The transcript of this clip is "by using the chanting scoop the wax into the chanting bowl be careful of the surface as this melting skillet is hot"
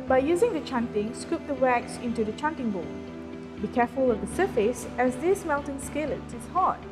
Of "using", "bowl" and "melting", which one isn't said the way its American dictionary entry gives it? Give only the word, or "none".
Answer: melting